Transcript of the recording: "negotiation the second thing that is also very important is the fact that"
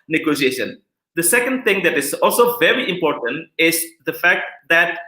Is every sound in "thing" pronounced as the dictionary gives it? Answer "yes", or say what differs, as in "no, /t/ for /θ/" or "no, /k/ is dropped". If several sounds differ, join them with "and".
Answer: no, /t/ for /θ/